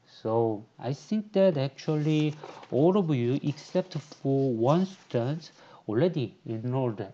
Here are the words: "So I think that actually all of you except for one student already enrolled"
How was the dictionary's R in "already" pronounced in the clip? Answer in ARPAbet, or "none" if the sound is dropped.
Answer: L